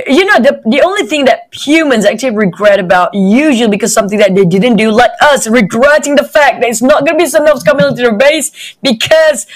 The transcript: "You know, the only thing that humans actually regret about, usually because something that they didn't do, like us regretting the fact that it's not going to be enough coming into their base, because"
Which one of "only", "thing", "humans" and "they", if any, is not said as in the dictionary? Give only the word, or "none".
none